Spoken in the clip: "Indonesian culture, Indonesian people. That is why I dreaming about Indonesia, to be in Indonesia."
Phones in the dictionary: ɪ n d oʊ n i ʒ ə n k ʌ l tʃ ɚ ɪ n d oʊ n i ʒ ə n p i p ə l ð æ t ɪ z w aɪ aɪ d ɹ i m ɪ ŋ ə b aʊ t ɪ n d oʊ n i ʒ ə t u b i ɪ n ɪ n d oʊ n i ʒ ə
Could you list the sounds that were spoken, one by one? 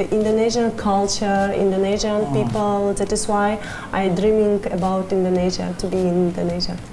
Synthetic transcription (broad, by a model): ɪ n d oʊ n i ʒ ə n k ʌ l tʃ ɚ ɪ n d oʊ n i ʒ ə n p i p ə l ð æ t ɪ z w aɪ aɪ d ɹ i m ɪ ŋ ə b aʊ t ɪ n d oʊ n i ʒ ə t u b i ɪ n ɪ n d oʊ n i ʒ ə